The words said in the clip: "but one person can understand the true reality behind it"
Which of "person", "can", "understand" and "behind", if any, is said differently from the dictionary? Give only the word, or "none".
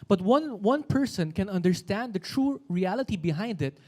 none